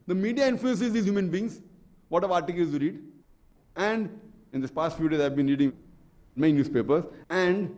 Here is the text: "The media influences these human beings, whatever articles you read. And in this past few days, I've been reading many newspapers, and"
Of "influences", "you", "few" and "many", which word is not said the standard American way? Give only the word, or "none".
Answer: many